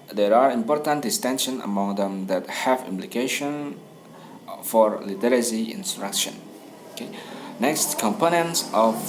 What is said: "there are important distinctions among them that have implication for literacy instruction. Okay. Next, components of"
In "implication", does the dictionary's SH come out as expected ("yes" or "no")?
yes